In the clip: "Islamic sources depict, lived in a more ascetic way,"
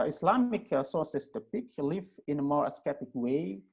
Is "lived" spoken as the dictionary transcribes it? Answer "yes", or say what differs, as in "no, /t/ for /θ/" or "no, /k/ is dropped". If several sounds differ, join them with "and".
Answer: no, /d/ is dropped